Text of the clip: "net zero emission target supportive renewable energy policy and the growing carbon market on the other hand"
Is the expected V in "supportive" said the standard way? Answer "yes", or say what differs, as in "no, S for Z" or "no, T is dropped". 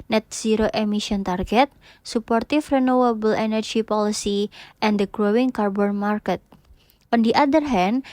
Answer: no, F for V